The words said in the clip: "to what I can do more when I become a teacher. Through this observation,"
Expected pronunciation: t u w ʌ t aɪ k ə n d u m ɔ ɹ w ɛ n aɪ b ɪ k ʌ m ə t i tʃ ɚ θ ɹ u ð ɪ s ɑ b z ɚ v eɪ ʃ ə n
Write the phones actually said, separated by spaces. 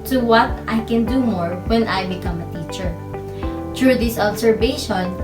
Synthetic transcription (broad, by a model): t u w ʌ t aɪ k ə n d u m ɔ ɹ w ɛ n aɪ b ɪ k ʌ m ə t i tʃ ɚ t ɹ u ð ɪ s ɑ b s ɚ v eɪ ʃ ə n